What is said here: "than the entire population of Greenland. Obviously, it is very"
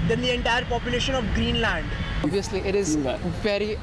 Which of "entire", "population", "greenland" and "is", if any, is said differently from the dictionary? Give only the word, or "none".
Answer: none